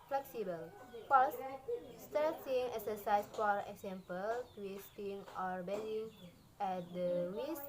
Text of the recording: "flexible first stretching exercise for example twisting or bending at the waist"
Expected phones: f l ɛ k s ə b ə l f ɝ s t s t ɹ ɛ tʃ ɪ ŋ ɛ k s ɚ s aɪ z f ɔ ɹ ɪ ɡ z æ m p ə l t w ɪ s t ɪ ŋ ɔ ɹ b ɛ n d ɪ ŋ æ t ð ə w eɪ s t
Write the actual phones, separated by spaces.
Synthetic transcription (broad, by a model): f l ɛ k s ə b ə l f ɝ s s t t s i ɪ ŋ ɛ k s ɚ s aɪ s f ɔ ɹ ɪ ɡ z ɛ m p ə l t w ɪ s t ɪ ŋ ɔ ɹ b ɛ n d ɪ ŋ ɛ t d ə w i s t